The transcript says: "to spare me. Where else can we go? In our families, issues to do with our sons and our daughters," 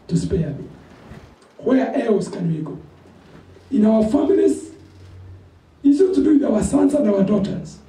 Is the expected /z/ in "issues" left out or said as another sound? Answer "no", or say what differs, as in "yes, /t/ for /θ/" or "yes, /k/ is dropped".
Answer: yes, /z/ is dropped